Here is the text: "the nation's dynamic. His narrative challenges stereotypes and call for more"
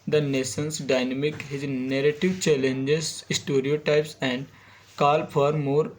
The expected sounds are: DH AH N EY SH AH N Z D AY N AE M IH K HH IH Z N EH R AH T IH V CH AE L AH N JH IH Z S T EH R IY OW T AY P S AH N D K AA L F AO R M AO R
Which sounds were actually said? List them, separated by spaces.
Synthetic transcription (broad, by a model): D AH N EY S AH N S D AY N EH M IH K HH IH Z N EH R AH T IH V CH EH L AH N JH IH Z S T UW R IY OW T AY P S AH N D K AA L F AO R M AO R